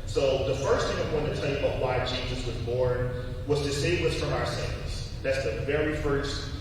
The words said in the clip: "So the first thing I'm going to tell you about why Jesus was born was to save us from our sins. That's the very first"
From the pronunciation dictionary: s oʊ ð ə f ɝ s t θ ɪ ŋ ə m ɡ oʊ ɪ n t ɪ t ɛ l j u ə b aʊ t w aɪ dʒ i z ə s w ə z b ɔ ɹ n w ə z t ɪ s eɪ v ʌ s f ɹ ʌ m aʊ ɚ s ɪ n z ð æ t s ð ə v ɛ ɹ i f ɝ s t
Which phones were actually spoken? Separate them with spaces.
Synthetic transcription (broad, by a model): s oʊ ð ə f ɝ s t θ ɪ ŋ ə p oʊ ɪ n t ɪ t ɛ l j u ə b aʊ t w aɪ tʃ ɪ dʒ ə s w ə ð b ɔ ɹ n w ə z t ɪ s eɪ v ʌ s f ɹ ʌ m aʊ ɚ s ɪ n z ð æ t s ð ə v ɛ ɹ i f ɝ s t